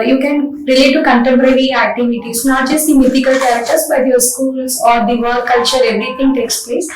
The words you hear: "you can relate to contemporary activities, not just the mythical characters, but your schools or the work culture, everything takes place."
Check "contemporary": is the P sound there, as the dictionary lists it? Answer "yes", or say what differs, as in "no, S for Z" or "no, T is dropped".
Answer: yes